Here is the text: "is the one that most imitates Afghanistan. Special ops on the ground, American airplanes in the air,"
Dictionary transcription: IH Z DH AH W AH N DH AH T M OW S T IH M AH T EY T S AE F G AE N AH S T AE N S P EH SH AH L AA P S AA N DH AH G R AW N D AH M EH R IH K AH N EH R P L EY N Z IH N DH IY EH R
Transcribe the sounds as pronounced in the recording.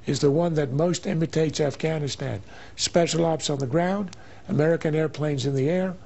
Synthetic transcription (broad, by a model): IH Z DH AH W AH N DH AH T M OW S T IH M AH T EY T S AE F G AE N AH S T AE N S P EH SH L AA P S N DH AH G R AW N D AH M EH R IH K AH N EH R P L EY N Z IH N DH IY EH R